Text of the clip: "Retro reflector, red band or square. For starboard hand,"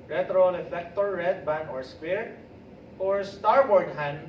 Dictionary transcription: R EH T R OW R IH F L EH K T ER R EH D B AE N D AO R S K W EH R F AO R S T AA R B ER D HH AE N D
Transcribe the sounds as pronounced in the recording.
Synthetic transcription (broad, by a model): R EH T R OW L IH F EH K T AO R EH D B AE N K AO R S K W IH R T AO R S T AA R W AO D HH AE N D